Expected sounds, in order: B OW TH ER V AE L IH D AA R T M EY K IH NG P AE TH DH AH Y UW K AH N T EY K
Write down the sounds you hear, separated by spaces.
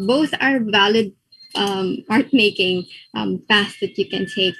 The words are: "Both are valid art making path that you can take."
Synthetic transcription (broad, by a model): B OW TH ER V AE L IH D AA R T M EY K IH NG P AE T DH AH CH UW K AH N T EY K